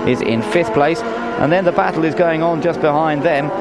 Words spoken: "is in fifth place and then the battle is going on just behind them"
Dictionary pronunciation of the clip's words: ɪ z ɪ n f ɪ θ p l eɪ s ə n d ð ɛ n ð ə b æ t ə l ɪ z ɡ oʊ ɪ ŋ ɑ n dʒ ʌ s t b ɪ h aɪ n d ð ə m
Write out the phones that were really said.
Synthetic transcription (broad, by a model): ɪ z ɪ n f ɪ θ p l eɪ s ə n ð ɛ n ð ə b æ t l ɪ z ɡ oʊ ɪ ŋ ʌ n dʒ ʌ s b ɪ h aɪ n ð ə m